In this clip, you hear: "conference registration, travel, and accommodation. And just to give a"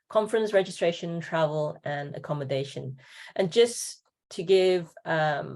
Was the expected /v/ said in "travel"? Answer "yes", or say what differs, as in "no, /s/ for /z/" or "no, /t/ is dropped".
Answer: yes